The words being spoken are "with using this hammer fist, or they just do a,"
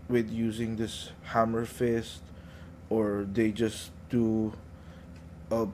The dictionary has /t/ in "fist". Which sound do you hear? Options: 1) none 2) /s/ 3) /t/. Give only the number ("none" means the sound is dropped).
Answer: 3